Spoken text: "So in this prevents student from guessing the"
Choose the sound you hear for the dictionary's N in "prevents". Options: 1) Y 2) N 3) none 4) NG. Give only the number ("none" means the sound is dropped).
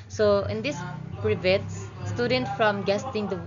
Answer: 3